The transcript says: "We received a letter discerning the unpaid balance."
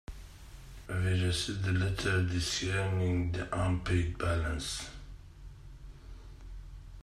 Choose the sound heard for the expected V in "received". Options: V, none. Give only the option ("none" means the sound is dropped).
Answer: none